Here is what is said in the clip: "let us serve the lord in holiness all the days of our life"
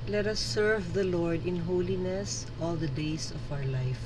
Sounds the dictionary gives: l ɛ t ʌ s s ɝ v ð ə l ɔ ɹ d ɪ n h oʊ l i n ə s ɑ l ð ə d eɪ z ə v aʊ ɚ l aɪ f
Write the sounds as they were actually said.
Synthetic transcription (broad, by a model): l ɛ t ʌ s s ɝ v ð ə l ɔ ɹ d ɪ n h oʊ l i n ə s ɑ l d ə d eɪ s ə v aʊ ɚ l aɪ f